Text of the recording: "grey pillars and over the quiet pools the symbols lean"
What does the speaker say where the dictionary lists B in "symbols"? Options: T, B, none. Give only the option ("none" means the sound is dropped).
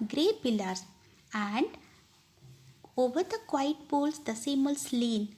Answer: none